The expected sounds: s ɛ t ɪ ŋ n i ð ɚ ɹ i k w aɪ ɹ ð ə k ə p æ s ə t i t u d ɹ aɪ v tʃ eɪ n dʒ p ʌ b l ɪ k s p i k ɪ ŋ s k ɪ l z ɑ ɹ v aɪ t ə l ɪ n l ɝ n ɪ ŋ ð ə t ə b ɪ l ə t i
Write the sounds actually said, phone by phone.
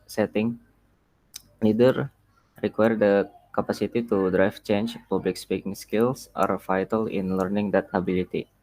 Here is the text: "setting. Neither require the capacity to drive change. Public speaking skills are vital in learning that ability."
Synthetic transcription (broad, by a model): s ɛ t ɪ ŋ l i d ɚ ɹ i k w aɪ ɹ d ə k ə p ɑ s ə t i t u d ɹ aɪ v tʃ eɪ n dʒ p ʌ b l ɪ k s p i k ɪ ŋ s k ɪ l s ɑ ɹ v aɪ t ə l ɪ n l ɝ n ɪ ŋ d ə t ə b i l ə t i